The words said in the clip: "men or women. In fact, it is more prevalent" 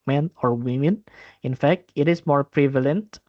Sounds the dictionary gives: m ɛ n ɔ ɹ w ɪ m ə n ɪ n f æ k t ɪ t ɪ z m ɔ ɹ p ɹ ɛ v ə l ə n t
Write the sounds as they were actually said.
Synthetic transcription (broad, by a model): m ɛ n ɔ ɹ w ɪ m ə n ɪ n f æ k t ɪ t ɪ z m ɔ ɹ p ɹ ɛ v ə l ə n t